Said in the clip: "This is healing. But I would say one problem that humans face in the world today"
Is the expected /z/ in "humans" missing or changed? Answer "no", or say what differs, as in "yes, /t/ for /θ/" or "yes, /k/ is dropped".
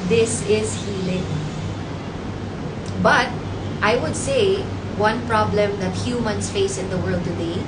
yes, /s/ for /z/